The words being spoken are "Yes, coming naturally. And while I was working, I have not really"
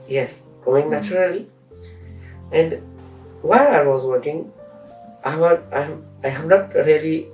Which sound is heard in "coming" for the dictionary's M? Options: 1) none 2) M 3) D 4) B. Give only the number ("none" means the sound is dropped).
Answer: 1